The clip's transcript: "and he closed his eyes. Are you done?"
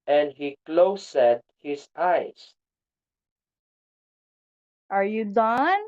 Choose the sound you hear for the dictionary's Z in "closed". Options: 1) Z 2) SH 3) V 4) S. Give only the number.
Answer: 4